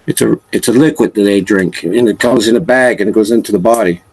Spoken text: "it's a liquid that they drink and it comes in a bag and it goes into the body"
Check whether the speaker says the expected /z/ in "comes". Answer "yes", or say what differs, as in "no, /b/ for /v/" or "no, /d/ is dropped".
yes